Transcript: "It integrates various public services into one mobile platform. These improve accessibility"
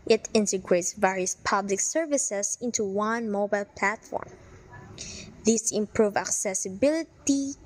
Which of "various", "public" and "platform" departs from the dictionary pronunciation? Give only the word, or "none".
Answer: none